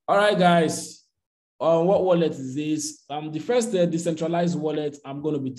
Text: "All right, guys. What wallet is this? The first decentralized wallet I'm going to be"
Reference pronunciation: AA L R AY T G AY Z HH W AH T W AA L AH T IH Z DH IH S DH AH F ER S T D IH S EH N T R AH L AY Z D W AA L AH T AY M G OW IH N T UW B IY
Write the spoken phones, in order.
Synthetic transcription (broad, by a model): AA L R AY T G AY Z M W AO T W AA L AH T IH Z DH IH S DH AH F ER S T D IH S EH N T R AH L AY Z D W AA L AH T AY M G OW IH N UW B IY